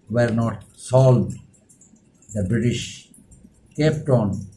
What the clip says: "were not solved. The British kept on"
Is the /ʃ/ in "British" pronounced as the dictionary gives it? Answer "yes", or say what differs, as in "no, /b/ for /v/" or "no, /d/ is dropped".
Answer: yes